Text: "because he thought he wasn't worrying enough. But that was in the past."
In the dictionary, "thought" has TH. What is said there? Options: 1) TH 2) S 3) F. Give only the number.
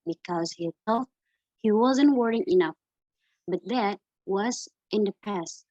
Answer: 2